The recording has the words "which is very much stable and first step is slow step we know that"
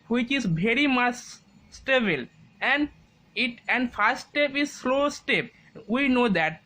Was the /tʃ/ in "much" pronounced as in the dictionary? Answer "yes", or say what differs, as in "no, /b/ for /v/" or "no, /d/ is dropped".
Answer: no, /s/ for /tʃ/